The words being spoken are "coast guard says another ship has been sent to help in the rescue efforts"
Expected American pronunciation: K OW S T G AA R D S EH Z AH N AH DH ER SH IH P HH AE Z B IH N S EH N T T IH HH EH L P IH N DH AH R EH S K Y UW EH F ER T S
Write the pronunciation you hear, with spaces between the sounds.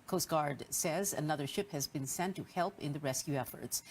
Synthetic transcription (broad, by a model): K OW S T G AA R D S EH Z AH N AH DH ER SH IH P HH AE Z B IH N S EH N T T IH HH EH L P IH N DH AH R EH S K Y UW EH F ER T S